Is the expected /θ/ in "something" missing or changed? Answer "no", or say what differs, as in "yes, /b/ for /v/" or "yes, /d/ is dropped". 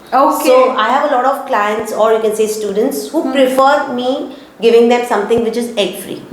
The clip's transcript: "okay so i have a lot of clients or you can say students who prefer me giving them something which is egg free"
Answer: yes, /t/ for /θ/